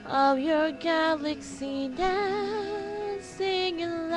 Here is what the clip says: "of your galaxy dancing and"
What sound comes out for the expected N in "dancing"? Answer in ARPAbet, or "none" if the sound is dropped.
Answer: none